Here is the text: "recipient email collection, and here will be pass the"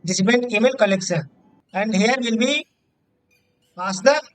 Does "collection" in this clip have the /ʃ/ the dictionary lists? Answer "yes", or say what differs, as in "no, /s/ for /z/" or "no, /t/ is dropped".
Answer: no, /s/ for /ʃ/